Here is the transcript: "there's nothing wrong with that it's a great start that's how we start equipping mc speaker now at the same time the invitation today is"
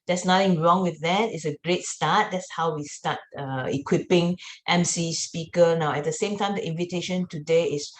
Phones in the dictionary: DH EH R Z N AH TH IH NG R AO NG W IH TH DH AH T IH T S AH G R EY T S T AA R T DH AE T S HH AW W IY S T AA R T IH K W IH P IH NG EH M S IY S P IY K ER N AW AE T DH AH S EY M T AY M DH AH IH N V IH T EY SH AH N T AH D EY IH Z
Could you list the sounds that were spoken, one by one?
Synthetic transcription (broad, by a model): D EH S N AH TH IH NG R AO NG W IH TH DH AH T IH T S AH G R EY T S T AA T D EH T S HH AW W IY S T AA T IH K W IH P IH NG EH M S IY S P IY K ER N AW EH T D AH S EY M T AY M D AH IH N V IH T EY SH AH N T AH D EY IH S